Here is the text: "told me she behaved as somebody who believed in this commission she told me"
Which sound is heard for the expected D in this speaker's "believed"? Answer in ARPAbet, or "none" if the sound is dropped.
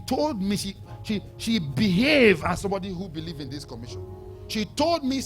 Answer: none